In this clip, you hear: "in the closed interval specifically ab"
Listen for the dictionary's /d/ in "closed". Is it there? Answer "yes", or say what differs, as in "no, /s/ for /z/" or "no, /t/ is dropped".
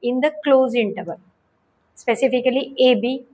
no, /d/ is dropped